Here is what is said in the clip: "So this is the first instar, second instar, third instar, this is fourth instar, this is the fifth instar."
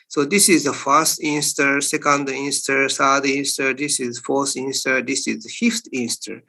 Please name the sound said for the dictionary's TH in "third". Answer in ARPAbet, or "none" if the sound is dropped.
S